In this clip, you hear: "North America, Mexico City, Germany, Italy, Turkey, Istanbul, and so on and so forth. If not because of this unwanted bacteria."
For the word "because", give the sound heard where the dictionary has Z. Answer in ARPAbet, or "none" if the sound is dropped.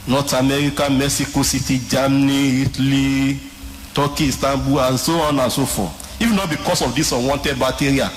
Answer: S